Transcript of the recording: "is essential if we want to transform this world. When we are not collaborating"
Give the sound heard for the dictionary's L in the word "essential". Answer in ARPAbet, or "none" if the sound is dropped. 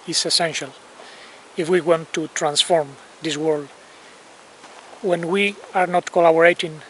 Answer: L